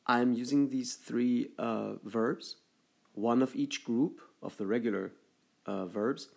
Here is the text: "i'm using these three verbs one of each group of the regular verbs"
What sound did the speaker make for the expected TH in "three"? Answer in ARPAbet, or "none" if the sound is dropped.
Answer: TH